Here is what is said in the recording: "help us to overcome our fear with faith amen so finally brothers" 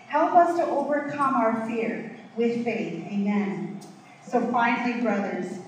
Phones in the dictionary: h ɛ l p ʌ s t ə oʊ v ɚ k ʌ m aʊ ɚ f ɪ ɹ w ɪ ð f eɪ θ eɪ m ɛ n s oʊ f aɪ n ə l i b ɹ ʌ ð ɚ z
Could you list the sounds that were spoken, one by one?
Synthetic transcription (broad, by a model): h ɛ l p ʌ s t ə oʊ v ɚ k ʌ m aʊ ɚ f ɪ ɹ w ɪ ð f eɪ θ eɪ m ɛ n s oʊ f aɪ n l i b ɹ ʌ ð ɚ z